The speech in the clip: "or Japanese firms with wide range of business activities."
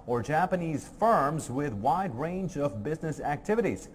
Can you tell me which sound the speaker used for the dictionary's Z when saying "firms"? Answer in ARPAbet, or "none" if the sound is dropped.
Z